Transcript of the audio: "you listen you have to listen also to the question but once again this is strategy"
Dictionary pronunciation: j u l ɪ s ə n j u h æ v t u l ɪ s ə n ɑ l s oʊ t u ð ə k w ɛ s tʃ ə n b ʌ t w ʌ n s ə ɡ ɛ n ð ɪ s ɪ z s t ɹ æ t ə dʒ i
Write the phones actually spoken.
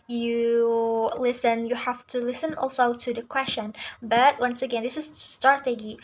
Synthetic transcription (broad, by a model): j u l ɪ s ə n j u h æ f t u l ɪ s ə n ɑ l s oʊ t u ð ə k w ɛ s tʃ ə n b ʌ t w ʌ n s ə ɡ ɛ n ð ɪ s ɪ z s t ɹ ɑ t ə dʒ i